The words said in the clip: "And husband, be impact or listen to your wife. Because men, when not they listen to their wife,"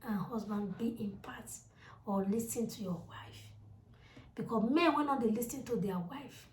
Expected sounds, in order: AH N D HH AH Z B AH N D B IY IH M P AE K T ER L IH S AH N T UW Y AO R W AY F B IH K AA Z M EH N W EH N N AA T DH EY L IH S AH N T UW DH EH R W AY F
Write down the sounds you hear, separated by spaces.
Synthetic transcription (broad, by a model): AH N HH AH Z B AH N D B IY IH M P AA T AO L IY S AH N T UW Y AO W AY F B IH K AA M EH N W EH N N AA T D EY L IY S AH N T UW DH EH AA W AY F